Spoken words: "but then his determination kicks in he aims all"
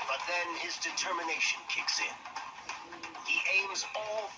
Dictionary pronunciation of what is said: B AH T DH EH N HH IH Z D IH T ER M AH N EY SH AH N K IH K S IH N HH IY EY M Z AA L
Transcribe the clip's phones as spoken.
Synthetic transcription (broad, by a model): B AH T DH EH N IH Z D IH T ER M AH N EY SH AH N K IH K S IH N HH IY EY M Z AA L